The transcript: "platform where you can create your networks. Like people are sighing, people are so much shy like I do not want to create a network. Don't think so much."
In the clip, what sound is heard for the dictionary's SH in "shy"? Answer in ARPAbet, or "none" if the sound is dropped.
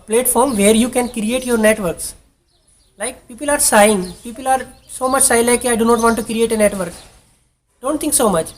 S